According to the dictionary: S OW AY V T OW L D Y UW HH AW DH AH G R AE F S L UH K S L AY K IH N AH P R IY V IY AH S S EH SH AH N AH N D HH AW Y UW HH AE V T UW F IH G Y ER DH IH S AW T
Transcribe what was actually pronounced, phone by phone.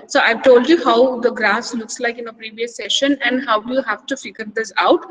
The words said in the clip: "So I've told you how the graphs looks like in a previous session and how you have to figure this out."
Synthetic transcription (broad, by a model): S OW AY V T OW L D Y UW HH AW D AH G R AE S L UH K S L AY K IH N AH P R IY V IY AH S S EH SH AH N AH N D HH AW Y UW HH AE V T UW F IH G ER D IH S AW T